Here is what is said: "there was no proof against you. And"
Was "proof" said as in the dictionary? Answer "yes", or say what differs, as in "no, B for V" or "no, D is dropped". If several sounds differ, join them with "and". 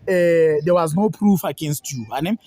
yes